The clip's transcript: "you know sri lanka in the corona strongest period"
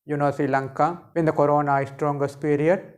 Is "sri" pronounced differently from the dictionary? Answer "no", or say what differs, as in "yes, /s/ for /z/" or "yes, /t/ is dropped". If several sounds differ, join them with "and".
yes, /ɹ/ is dropped